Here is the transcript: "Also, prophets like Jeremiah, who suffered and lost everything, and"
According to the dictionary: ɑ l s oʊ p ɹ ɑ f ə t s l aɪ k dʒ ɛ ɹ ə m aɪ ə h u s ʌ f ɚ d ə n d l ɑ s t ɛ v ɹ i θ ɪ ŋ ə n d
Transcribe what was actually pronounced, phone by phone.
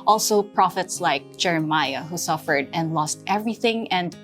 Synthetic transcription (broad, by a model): ɑ l s oʊ p ɹ ɑ f ə t s l aɪ k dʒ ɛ ɹ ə m aɪ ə h u s ʌ f ɚ d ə n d l ɑ s t ɛ v ɹ i θ ɪ ŋ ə n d